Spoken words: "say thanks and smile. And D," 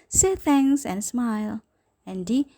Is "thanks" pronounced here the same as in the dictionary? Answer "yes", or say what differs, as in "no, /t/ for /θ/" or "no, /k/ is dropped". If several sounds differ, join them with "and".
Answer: no, /k/ is dropped